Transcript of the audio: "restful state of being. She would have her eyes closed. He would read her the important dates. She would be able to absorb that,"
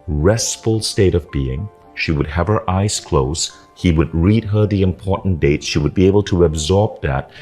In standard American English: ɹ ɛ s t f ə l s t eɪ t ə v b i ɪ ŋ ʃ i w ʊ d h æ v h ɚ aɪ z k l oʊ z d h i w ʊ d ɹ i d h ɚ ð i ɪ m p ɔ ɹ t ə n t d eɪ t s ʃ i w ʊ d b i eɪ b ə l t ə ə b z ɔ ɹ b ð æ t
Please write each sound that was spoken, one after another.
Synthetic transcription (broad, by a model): ɹ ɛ s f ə l s t eɪ t ə v b i ɪ ŋ ʃ i w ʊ d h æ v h ɚ aɪ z k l oʊ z h i w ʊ d ɹ i d h ɚ ð i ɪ m p ɔ ɹ t n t d eɪ t s ʃ i w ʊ d b i eɪ b ə l t ə ə b z ɔ ɹ b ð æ t